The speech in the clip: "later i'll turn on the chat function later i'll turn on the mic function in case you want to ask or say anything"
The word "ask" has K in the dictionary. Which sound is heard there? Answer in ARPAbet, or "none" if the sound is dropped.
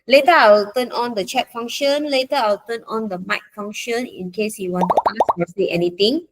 none